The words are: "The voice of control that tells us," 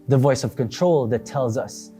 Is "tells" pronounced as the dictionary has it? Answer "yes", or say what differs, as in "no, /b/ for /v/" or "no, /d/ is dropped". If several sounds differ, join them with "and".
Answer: yes